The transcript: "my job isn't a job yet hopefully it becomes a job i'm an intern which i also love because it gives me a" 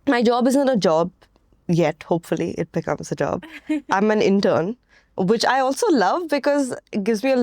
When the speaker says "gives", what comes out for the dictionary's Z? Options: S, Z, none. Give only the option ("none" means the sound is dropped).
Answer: Z